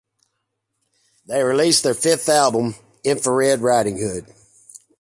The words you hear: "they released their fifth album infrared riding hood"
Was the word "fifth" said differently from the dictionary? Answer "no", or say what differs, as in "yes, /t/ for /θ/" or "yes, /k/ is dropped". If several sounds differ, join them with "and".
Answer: no